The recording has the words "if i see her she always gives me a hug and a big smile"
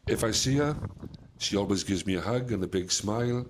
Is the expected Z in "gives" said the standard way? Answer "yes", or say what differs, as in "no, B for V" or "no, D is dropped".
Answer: yes